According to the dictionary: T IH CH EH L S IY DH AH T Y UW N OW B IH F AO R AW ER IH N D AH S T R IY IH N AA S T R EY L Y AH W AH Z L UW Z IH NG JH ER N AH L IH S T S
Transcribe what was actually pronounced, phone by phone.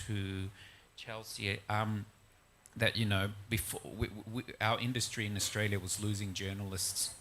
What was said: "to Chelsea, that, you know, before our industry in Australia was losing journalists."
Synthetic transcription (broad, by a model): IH CH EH L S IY DH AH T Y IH N OW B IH F AO W AW ER IH N D AH S T R IY IH N AA S T R EY L Y AH W AH Z L UW Z IH NG JH ER N L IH S T S